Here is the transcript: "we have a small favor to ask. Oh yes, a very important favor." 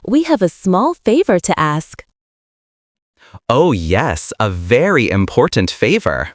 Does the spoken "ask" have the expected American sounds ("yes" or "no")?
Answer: yes